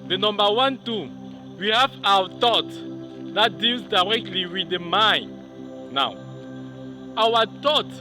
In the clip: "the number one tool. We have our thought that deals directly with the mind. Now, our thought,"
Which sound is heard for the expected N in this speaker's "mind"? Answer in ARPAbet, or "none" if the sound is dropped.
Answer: N